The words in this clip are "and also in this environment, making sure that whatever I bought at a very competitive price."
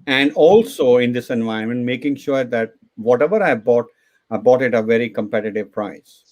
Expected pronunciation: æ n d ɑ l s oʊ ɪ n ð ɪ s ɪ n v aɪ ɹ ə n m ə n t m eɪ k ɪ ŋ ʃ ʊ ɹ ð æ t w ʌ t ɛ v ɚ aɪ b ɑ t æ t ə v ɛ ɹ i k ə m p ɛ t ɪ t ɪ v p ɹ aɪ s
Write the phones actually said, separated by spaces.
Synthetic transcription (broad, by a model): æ n d ɑ l s oʊ ɪ n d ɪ s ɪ n v aɪ ə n m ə n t m eɪ k ɪ ŋ ʃ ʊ ɹ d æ t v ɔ t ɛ v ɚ aɪ b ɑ t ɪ t ə v ɛ ɹ i k ə m p ɛ t ɪ t ɪ v p ɹ aɪ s